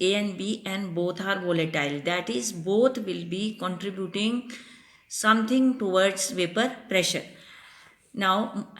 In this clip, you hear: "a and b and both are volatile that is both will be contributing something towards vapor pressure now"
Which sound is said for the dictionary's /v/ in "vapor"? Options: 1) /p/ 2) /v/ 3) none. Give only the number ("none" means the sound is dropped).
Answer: 2